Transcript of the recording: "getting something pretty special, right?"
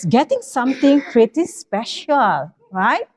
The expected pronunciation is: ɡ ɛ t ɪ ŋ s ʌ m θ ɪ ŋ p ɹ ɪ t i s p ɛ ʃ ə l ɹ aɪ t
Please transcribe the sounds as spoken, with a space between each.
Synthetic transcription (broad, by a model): ɡ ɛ t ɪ ŋ s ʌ m t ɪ ŋ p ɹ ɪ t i s p ɛ ʃ ə l ɹ aɪ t